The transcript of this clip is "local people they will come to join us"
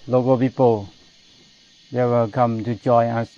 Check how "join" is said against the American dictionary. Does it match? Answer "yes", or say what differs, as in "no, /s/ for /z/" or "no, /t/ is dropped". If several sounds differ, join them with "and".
no, /n/ is dropped